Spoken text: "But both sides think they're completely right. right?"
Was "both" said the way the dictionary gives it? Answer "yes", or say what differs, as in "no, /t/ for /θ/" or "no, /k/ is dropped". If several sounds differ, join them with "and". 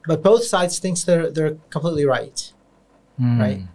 yes